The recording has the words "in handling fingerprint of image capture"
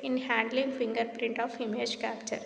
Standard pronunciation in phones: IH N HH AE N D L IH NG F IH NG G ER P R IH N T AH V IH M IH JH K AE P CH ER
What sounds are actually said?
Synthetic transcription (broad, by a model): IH N HH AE N D L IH NG F IH NG G ER P R IH N T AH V IH M IH JH K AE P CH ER